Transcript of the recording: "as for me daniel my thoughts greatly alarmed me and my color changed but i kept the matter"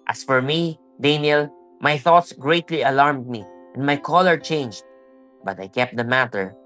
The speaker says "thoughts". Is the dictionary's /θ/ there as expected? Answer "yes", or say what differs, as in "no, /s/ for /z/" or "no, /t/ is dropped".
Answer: yes